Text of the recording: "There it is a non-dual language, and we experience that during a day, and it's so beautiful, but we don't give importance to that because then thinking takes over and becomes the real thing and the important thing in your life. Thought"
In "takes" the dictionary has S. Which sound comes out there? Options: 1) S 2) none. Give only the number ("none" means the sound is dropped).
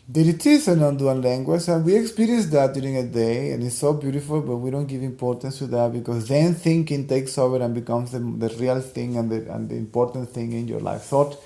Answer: 1